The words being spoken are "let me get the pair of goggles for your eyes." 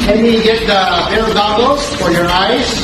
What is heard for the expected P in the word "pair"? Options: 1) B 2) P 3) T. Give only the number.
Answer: 1